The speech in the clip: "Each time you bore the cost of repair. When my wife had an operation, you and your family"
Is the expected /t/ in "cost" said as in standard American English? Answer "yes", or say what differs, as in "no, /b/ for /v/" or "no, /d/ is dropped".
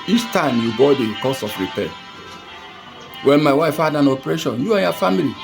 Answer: no, /t/ is dropped